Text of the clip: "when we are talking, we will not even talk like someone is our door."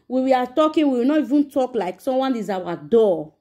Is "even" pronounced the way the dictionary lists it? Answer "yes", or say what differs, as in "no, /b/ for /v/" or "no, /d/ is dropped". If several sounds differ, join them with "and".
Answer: yes